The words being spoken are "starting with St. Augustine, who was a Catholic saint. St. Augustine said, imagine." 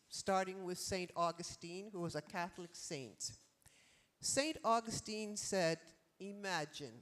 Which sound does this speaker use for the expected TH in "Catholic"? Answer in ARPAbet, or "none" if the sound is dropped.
TH